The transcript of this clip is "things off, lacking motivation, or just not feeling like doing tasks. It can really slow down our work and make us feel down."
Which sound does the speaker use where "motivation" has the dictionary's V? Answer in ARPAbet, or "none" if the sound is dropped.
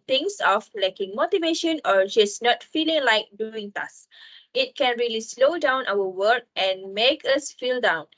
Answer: V